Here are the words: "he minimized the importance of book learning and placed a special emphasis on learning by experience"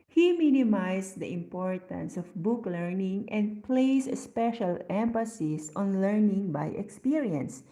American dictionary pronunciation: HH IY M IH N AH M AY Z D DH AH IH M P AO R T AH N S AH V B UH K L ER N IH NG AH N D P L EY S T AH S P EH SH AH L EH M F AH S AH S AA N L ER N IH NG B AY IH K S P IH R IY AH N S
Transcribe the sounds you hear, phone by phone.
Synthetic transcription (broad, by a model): HH IY M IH N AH M AY S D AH IH M P AO R T AH N S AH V B UH K L ER N IH NG AH N D P L EY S S P EH SH AH L EH M F AH S AH S AA N L ER N IH NG B AY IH K S P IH R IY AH N S